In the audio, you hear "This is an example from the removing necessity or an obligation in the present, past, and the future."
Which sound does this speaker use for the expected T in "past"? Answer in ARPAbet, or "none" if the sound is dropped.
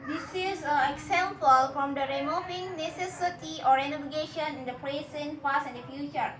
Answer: none